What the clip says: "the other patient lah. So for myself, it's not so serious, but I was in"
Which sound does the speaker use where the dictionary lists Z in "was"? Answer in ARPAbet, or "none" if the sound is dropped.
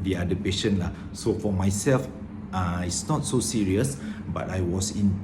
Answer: S